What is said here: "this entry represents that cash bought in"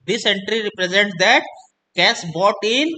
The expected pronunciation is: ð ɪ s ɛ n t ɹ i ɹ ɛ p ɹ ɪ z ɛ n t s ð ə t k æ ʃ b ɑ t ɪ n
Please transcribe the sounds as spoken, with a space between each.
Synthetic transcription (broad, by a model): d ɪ s ɛ n t ɹ i ɹ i p ɹ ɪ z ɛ n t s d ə t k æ s b ɑ t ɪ n